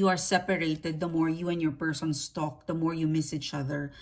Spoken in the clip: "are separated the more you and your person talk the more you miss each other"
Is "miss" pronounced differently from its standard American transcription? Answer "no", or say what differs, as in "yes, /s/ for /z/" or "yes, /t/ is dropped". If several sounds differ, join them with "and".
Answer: no